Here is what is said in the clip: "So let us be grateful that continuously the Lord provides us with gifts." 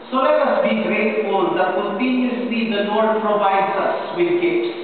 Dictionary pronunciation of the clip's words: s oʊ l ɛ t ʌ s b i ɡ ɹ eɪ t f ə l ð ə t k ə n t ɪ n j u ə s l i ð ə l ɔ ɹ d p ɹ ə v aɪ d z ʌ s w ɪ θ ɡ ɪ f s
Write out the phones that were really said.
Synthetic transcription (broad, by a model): s oʊ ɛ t ʌ s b i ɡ ɹ eɪ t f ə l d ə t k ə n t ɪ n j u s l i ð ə n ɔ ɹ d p ɹ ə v aɪ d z ʌ s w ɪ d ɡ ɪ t